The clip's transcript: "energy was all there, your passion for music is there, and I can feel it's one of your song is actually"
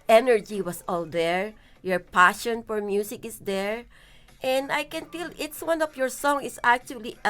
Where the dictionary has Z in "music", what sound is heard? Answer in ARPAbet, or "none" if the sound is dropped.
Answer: S